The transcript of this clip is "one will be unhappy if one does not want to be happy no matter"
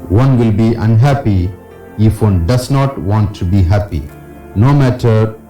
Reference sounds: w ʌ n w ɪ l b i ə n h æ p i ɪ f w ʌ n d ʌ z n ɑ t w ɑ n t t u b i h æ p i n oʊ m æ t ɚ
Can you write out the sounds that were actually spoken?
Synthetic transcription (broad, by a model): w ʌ n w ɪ l b i ə n h æ p i ɪ f w ʌ n d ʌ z n ɑ t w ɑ n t t u b i h æ p i n oʊ m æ t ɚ